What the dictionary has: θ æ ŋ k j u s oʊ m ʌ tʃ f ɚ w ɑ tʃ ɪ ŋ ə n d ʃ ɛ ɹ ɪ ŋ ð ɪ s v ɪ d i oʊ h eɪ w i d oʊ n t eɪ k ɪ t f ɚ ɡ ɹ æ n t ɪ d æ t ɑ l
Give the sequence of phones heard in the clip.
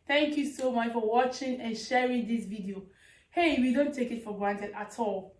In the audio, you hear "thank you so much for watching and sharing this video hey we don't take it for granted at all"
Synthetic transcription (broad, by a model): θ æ ŋ k j u s oʊ m ʌ tʃ f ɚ w ɑ tʃ ɪ ŋ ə n ʃ ɛ ɹ ɪ ŋ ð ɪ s v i d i oʊ h eɪ w i d oʊ n t eɪ k ɪ t f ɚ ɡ ɹ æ n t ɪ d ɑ t ɑ l